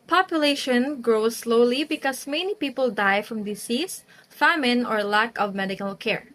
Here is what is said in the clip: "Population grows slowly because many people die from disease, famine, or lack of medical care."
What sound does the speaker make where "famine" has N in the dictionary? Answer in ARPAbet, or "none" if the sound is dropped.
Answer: N